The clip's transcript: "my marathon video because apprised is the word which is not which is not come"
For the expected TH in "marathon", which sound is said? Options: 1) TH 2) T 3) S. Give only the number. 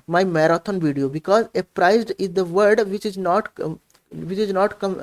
2